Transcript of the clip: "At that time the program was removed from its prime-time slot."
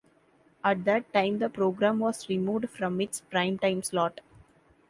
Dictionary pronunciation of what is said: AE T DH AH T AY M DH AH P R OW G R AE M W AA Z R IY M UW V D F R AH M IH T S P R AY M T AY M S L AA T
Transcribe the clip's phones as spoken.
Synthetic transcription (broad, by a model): AE T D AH T AY M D AH P R OW G R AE M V AA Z R IY M UW V D F R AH M IH T S P R AY M T AY M S L AA T